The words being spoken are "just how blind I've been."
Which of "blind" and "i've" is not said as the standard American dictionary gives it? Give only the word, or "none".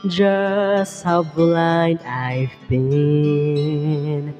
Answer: blind